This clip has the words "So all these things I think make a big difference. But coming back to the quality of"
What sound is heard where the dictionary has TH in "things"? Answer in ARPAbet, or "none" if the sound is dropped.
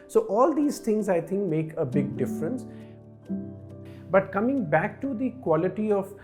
T